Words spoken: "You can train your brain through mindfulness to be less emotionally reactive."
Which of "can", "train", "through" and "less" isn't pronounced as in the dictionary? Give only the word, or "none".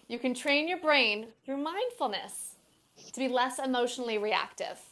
none